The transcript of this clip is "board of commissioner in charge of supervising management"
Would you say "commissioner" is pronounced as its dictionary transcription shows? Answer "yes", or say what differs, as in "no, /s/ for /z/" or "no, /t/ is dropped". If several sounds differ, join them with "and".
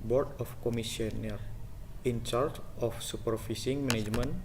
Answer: no, /s/ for /ʃ/